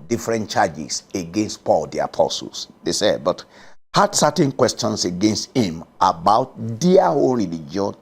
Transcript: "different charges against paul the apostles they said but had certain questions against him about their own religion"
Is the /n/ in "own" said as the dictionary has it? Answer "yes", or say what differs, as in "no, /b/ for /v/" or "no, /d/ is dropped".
no, /l/ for /n/